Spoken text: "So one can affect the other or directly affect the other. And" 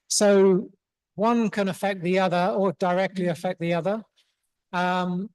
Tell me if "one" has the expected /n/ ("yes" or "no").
yes